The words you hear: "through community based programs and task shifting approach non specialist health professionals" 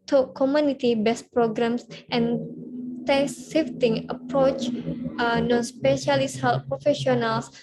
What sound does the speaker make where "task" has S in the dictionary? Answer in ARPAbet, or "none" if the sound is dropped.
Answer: none